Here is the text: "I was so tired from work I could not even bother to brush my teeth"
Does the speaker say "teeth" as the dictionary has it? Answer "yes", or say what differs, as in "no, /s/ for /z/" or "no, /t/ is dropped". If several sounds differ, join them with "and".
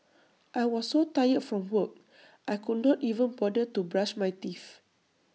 no, /f/ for /θ/